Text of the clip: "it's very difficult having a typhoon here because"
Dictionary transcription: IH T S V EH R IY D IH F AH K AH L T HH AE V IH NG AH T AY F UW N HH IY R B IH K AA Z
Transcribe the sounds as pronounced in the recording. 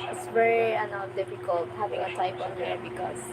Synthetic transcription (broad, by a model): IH T S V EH R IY D IH F AH K AH L T HH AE V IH NG AH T AY P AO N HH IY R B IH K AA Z